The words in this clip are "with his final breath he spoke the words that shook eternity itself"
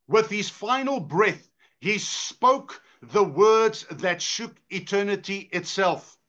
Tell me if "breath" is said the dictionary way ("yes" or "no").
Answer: yes